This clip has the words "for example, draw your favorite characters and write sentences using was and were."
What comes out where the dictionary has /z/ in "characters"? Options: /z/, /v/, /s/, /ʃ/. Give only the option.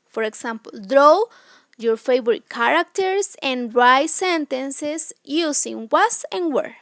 /s/